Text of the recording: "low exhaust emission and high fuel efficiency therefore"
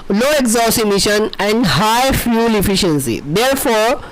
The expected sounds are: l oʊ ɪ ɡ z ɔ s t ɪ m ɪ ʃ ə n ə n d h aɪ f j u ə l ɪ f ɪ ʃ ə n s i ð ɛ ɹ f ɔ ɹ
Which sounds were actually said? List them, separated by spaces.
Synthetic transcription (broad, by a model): l oʊ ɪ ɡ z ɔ s ɪ m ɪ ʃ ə n ə n d h aɪ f j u l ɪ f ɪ ʃ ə n s i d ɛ ɹ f ɔ ɹ